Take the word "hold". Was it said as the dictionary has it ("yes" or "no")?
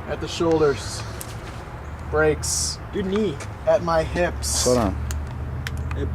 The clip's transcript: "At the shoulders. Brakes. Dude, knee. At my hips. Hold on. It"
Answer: no